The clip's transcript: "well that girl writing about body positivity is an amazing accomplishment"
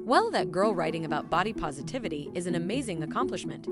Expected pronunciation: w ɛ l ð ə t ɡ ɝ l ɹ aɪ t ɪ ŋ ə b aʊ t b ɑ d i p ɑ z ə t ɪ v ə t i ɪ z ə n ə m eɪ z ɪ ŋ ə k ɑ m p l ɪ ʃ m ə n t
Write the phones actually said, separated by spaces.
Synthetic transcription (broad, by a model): w ɛ l ð ə t ɡ ɝ l ɹ aɪ t ɪ ŋ ə b aʊ t b ɑ d i p ɑ z ə t ɪ v ə t i ɪ z ə n ə m eɪ z ɪ ŋ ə k ɑ m p l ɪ ʃ m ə n t